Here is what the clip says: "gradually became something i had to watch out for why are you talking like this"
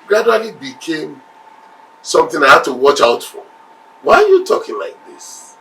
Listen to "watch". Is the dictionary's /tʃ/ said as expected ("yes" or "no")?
yes